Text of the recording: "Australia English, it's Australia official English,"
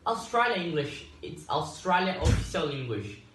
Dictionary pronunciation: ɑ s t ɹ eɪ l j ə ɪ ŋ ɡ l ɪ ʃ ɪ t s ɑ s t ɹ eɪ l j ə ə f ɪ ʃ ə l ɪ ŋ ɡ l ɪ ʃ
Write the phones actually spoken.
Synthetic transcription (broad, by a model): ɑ s t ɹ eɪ l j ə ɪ ŋ ɡ l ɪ ʃ ɪ t s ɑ s t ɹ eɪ l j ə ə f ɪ s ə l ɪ ŋ ɡ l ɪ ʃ